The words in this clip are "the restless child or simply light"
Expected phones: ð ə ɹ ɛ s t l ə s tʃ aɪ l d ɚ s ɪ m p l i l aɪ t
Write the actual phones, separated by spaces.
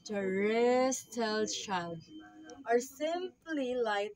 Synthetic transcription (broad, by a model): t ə ɹ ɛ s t ə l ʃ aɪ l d ɚ s ɪ m p l i l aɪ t